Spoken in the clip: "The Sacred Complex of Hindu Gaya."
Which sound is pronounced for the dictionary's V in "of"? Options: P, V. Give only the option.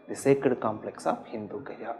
P